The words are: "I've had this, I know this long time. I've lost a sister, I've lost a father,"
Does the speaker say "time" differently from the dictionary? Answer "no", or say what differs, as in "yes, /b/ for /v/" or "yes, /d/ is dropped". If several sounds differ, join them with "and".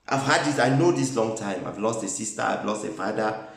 no